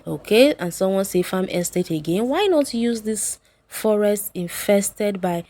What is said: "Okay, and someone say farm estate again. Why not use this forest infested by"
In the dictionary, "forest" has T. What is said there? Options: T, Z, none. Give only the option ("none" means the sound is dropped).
T